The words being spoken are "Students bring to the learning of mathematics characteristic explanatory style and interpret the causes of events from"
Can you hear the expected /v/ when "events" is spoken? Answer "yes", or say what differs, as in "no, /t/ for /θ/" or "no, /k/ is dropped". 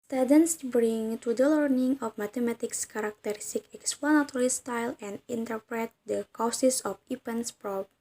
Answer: no, /p/ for /v/